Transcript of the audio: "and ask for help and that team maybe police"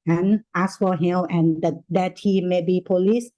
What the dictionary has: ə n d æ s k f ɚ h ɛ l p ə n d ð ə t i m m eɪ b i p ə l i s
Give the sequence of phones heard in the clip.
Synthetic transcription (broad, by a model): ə n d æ s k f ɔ h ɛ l ə n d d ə t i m m eɪ b i p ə l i s